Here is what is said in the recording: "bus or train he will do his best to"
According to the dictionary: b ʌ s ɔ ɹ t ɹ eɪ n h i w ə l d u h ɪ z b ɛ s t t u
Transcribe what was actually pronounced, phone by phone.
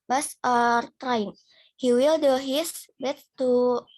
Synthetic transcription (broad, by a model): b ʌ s ɔ ɹ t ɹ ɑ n h i w ə l d u h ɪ s b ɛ t t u